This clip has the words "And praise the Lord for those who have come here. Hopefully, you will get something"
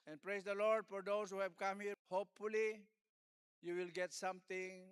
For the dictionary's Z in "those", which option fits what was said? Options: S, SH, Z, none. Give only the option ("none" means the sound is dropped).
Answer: S